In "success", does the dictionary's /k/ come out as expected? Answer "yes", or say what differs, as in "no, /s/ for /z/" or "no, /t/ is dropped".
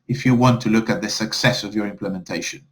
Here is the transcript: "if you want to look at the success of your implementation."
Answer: yes